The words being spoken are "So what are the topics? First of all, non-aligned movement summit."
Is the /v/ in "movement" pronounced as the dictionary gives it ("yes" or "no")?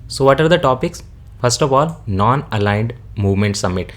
yes